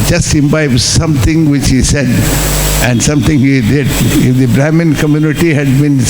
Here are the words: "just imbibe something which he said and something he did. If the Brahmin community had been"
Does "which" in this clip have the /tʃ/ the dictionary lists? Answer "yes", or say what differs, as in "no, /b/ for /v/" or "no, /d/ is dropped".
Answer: yes